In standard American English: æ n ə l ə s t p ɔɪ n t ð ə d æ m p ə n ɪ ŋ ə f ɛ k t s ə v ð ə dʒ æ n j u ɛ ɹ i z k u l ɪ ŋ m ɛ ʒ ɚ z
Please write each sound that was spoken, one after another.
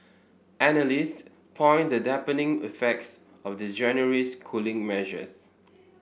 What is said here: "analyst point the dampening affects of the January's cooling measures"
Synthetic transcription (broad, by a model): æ n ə l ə s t p ɔɪ n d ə d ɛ p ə n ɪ ŋ ə f ɛ k t s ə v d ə dʒ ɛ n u ɹ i s k u l ɪ ŋ m ɛ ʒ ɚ s